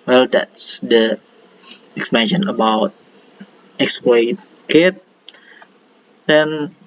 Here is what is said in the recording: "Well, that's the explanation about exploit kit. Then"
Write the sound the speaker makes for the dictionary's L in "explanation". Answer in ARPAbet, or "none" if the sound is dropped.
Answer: none